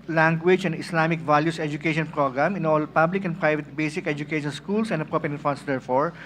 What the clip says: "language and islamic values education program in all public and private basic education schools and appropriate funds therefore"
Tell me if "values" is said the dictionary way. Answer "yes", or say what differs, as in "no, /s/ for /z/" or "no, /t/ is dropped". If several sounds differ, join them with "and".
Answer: no, /s/ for /z/